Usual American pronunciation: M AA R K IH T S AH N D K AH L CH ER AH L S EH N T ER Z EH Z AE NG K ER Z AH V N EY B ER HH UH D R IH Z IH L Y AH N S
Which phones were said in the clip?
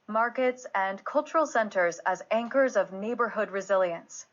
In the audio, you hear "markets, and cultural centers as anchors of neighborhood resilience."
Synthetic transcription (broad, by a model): M AA R K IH T S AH N K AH L CH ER L S EH N T ER Z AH Z AE NG K ER Z AH V N EY B ER HH UH D R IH Z IH L Y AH N S